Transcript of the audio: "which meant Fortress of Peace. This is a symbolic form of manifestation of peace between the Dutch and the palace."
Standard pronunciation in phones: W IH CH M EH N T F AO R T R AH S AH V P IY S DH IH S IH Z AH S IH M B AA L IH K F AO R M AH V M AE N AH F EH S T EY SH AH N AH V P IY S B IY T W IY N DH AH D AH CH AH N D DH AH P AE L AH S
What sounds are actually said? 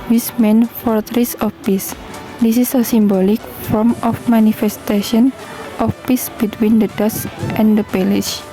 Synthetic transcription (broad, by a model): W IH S M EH N F AO R T R AH S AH F P IY S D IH S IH S AH S IH M B AA L IH K F AO R M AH F M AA N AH F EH S T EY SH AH N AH F P IY S B IY T W IY N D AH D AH S AH N D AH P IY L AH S